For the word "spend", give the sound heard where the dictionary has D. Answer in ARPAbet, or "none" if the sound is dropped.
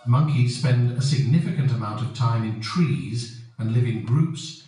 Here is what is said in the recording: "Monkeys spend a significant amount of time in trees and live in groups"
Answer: D